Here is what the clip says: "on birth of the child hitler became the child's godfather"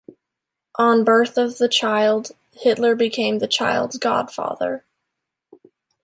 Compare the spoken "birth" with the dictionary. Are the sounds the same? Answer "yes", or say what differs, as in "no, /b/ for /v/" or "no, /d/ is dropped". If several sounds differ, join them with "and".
yes